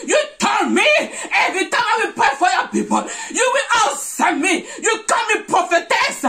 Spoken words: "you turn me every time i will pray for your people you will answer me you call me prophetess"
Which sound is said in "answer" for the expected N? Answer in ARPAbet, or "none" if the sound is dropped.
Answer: none